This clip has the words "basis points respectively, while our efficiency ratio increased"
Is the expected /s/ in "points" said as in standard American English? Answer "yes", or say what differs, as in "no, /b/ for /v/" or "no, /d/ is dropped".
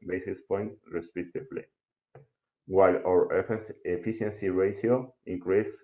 no, /s/ is dropped